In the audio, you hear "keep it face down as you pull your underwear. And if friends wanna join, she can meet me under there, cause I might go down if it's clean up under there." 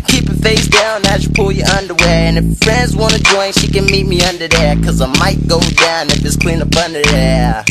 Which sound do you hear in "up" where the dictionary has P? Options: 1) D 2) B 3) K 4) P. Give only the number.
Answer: 2